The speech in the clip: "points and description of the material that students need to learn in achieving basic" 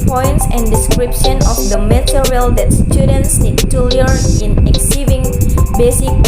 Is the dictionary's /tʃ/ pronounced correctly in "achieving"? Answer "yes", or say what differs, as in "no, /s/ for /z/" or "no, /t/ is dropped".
no, /s/ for /tʃ/